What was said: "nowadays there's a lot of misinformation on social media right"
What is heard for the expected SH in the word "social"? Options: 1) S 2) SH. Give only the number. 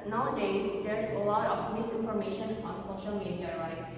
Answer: 2